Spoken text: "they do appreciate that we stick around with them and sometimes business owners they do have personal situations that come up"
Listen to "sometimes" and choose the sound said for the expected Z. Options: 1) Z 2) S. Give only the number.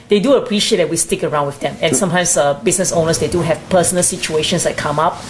2